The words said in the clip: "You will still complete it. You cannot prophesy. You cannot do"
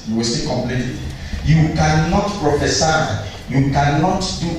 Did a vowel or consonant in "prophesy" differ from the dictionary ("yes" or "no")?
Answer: no